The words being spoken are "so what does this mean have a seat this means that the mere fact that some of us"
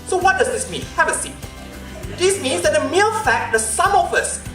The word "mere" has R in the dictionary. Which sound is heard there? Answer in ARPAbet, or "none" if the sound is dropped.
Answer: L